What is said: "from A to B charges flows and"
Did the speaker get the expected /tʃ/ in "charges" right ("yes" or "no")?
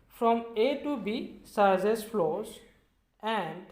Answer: no